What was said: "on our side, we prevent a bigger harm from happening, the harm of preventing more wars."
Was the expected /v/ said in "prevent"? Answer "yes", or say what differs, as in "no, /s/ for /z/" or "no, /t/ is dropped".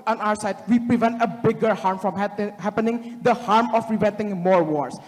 yes